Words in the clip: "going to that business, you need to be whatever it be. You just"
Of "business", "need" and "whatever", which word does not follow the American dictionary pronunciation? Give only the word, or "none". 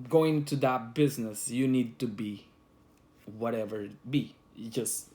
none